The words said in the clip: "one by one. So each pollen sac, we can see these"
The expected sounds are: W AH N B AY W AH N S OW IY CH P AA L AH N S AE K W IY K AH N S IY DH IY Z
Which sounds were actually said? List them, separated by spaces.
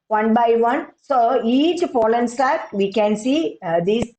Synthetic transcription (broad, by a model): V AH N B AY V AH N S OW IY CH F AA L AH N S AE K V IY K AH N S IY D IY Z